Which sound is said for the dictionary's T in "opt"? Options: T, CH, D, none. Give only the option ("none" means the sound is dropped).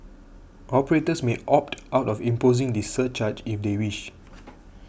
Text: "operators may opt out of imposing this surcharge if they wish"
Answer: T